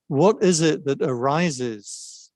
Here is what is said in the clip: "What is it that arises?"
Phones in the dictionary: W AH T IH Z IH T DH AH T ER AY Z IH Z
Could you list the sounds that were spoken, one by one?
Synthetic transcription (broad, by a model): W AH T IH Z IH T DH AH T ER AY Z IH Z